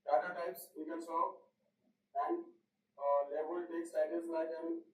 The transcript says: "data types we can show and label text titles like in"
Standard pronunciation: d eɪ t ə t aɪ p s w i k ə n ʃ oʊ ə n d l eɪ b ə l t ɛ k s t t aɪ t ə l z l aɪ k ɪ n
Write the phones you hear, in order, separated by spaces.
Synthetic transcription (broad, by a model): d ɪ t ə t aɪ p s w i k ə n s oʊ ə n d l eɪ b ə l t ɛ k s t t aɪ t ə z l aɪ k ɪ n